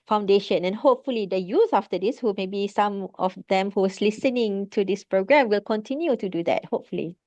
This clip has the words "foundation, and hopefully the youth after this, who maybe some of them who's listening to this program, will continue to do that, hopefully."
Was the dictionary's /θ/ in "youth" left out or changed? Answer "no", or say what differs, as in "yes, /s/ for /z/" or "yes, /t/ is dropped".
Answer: yes, /s/ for /θ/